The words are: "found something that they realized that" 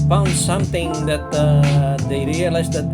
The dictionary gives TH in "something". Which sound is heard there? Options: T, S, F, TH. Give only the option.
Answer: T